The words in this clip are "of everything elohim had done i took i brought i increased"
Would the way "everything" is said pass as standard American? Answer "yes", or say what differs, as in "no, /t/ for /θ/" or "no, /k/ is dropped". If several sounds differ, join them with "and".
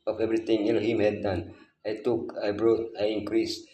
no, /t/ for /θ/